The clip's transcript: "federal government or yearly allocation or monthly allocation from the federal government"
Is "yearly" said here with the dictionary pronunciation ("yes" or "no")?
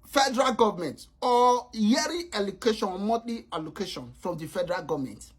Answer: no